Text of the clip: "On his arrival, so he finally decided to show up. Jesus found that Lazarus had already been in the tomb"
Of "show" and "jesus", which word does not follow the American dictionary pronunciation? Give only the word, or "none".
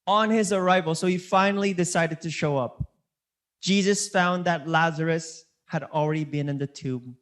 none